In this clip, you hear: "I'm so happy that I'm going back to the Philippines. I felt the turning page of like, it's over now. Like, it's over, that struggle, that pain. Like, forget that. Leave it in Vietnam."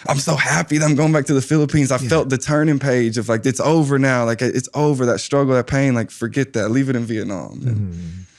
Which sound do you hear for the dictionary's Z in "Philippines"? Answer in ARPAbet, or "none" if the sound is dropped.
Z